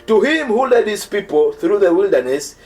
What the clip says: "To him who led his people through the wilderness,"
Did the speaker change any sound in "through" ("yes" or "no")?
no